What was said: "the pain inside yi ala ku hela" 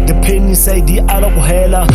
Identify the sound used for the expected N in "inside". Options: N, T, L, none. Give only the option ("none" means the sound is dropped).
none